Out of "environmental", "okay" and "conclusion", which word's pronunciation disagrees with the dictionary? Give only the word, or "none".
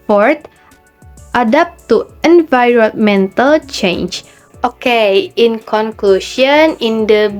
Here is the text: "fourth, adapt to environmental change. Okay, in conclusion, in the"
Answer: conclusion